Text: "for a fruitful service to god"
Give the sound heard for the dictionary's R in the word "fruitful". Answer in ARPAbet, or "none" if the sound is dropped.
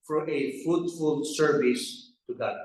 none